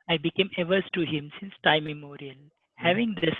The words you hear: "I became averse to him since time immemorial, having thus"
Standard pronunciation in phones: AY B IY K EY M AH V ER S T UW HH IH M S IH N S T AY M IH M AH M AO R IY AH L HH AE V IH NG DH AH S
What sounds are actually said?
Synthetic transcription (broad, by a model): AY B IY K EY M AH V ER S T UW HH IH M S IH N S T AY IH M AH M AO R IY AH L HH AE V IH NG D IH S